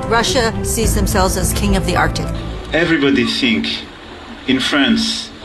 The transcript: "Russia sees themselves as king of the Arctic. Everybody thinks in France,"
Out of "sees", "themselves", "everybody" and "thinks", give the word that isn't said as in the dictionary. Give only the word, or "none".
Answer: thinks